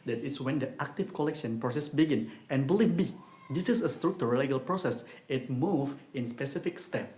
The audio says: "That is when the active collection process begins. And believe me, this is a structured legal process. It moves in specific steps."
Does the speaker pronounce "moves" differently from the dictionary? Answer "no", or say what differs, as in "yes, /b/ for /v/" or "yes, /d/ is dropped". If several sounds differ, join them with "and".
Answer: yes, /z/ is dropped